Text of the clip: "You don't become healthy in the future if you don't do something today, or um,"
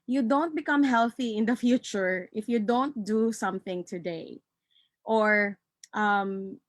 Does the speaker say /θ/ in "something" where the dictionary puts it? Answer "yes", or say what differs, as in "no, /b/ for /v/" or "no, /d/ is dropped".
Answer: yes